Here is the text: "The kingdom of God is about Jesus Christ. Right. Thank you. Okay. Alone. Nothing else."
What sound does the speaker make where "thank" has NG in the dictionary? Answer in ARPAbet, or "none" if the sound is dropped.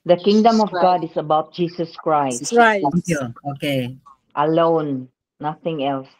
none